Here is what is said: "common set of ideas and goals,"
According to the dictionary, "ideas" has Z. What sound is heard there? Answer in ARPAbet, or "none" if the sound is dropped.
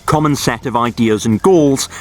Z